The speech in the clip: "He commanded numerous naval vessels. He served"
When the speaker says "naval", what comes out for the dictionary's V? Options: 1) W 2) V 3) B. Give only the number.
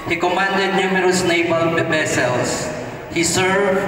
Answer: 3